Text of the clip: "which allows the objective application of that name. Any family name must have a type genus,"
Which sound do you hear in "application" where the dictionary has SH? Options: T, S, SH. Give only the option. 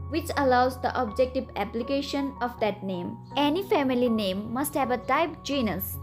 SH